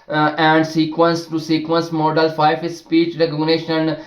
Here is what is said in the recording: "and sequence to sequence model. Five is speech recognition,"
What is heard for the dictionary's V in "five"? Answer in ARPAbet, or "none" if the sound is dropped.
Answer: none